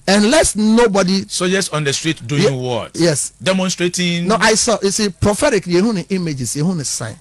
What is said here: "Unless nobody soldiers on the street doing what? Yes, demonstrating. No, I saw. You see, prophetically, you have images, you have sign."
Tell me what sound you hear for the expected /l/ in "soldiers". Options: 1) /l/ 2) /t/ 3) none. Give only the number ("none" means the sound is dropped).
3